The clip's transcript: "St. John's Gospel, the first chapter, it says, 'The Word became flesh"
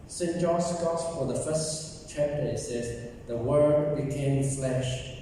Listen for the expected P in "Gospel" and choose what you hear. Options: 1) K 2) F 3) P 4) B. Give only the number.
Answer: 2